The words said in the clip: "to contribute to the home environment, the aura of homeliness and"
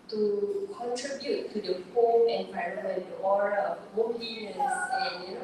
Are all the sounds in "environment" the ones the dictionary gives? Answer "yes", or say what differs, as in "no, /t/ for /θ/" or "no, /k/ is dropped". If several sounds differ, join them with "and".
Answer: no, /p/ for /v/ and /n/ is dropped